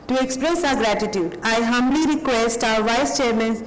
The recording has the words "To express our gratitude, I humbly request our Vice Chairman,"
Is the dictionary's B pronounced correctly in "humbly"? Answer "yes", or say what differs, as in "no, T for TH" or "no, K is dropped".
yes